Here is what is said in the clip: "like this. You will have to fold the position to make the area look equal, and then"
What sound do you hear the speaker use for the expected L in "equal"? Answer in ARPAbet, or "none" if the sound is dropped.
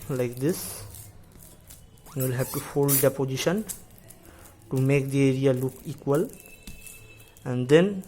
L